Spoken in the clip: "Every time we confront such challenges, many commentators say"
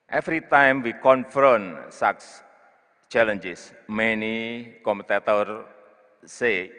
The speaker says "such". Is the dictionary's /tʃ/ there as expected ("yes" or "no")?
no